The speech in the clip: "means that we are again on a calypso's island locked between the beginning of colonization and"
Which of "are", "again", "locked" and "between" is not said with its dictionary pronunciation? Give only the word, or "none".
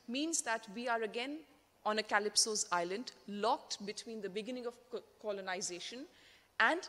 none